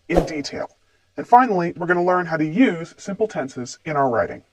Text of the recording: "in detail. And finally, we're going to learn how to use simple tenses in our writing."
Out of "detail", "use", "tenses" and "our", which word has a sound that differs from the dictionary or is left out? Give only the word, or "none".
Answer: none